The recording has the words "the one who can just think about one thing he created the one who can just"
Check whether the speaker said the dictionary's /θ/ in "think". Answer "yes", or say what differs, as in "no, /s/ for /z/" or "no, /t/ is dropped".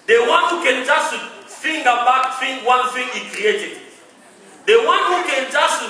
no, /f/ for /θ/